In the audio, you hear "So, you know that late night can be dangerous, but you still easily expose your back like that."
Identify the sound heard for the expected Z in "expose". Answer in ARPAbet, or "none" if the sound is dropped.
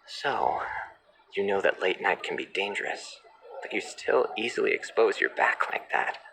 Z